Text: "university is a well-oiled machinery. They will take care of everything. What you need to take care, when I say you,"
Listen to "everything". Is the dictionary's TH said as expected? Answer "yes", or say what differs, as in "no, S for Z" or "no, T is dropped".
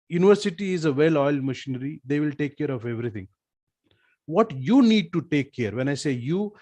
no, T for TH